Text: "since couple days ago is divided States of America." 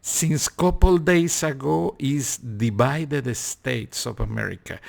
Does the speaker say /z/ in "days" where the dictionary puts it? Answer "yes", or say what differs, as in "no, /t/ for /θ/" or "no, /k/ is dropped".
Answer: no, /s/ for /z/